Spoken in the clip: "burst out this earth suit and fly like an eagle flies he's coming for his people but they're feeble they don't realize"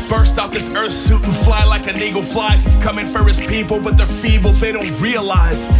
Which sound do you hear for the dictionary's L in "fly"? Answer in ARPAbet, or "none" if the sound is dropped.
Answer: L